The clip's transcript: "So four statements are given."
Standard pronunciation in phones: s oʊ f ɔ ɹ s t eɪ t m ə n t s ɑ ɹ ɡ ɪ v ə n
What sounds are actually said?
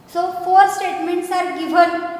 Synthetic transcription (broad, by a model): s oʊ f ɔ ɹ s t eɪ t m ə n t s ɑ ɹ ɡ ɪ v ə n